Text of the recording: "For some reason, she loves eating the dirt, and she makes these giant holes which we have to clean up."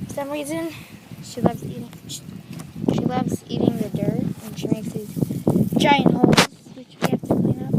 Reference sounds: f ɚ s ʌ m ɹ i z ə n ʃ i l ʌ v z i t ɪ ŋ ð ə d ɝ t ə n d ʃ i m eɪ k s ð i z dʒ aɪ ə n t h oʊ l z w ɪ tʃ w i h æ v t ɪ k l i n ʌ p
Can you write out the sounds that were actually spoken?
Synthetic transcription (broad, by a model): f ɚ s ʌ m ɹ i z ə n ʃ i l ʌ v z i t ɪ ŋ ð ə d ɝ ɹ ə n ʃ i m eɪ k s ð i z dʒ aɪ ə n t h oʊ z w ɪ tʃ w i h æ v t ɪ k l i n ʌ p